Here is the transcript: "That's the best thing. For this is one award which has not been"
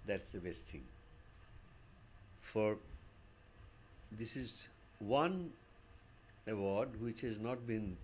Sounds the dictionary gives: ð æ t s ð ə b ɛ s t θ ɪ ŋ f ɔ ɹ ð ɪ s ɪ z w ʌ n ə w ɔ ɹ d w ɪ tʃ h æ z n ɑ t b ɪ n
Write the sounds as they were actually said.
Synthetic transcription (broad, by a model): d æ t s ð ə b ɛ s t t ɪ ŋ f ɔ ɹ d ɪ s ɪ z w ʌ n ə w ɔ ɹ d w ɪ tʃ h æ z n ɑ t b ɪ n